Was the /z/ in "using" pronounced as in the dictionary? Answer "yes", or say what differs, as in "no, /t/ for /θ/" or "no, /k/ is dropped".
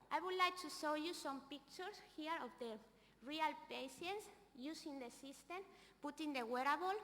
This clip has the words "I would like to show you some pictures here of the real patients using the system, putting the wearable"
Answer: no, /s/ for /z/